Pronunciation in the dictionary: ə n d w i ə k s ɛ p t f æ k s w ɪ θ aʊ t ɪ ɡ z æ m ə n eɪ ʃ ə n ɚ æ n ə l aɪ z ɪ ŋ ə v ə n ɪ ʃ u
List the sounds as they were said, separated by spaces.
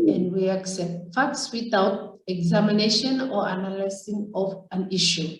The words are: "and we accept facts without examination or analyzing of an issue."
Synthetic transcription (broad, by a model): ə n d w i ə k s ɛ p t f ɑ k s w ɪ t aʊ t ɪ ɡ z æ m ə n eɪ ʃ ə n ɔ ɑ n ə l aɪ s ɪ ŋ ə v ə n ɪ ʃ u